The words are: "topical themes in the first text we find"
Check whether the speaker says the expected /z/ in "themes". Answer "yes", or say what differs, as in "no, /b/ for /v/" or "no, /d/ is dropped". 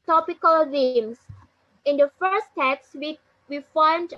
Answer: no, /s/ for /z/